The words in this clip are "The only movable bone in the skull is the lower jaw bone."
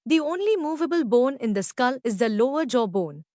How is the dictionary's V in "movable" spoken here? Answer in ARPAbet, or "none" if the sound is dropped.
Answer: V